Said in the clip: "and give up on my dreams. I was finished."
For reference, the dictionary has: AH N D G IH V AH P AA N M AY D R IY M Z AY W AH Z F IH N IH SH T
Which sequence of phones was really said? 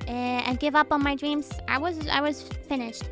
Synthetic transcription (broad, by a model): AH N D G IH V AH P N M AY D R IY M Z AY W AH Z F IH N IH SH T